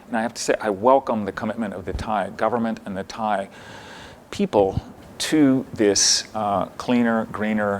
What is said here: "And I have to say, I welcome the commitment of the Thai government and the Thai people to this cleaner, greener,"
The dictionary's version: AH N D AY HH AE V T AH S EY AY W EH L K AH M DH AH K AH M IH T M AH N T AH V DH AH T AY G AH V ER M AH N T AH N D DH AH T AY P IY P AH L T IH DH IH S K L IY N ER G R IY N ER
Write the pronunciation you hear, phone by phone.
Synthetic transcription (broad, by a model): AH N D AY HH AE F T AH S EY AY W EH L K AH M DH AH K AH M IH T M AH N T AH V DH AH T AY G AH V ER M AH N T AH N DH AH T AY P IY P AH L T IH DH IH S K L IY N ER G R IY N ER